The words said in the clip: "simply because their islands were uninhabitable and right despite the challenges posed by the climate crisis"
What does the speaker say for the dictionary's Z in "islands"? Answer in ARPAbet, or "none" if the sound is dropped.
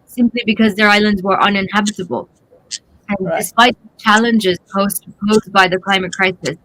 Z